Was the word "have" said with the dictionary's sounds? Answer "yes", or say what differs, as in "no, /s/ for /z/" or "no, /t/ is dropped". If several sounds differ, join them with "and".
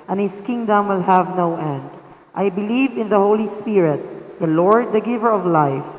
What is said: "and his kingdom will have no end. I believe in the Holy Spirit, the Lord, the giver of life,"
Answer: yes